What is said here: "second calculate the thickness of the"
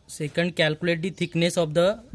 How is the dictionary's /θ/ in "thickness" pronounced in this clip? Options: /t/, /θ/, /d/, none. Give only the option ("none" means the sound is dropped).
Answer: /t/